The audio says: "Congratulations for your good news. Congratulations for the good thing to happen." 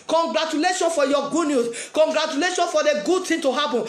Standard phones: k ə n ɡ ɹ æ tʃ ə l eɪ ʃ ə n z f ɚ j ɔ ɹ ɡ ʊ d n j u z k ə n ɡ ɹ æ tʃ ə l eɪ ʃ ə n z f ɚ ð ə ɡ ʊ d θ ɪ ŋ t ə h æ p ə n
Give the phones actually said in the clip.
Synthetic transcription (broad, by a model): k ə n ɡ ɹ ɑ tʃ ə l eɪ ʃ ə n f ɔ j ɔ ɡ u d n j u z k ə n ɡ ɹ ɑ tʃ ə l eɪ ʃ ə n f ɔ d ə ɡ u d t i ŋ t ə h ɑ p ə n